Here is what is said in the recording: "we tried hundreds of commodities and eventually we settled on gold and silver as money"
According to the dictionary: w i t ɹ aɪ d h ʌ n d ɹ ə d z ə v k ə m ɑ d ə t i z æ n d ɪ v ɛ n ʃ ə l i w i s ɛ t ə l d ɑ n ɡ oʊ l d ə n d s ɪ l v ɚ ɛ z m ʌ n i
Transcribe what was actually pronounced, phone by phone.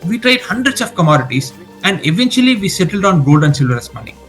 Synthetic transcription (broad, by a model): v i t ɹ aɪ d h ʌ n d ɹ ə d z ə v k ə m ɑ d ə t i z æ n d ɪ v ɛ n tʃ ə l i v i s ɛ t ə l d ɑ n ɡ oʊ l d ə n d s ɪ l v ɚ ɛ s m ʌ n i